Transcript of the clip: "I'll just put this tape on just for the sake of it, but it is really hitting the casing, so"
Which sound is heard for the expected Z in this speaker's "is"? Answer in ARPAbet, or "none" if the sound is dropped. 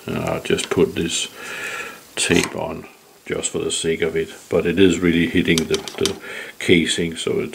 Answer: Z